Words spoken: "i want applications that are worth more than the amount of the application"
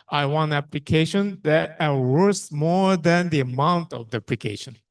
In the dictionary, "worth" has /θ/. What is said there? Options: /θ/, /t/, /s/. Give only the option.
/s/